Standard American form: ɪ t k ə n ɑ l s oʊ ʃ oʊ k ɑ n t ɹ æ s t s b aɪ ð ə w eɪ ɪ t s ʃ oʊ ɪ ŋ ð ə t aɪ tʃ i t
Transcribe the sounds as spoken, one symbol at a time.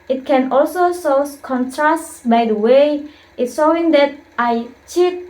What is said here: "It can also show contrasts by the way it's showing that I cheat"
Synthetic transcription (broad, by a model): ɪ t k ə n ɑ l s oʊ s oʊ k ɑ n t ɹ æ s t b aɪ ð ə w eɪ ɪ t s ʃ oʊ ɪ ŋ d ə t aɪ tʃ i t